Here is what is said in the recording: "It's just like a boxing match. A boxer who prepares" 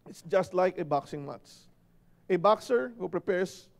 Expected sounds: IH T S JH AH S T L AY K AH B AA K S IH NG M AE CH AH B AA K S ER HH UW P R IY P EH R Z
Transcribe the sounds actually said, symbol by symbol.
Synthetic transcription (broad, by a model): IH T S JH AH S T L AY K AH B AA K S IH NG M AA S AH B AA K S ER HH UW P R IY P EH R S